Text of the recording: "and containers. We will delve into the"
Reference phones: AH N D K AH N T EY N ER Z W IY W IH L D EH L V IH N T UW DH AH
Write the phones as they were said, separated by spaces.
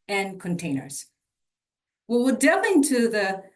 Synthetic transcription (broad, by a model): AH N K AH N T EY N ER Z W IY W IH L D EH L IH N T UW DH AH